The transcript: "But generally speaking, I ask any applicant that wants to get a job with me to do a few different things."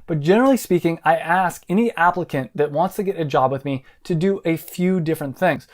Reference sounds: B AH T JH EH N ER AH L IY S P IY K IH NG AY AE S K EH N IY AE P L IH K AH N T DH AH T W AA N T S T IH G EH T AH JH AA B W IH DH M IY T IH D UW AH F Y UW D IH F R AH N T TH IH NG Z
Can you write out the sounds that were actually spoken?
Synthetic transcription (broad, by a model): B AH T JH EH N ER L IY S P IY K IH NG AY AE S K EH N IY AE P L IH K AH N DH AH T W AA N T S T IH G EH T AH JH AA B W IH DH M IY T IH D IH AH F Y UW D IH F R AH N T TH IH NG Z